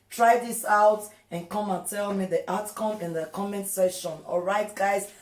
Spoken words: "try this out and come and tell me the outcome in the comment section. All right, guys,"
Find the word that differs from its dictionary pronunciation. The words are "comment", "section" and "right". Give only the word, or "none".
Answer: section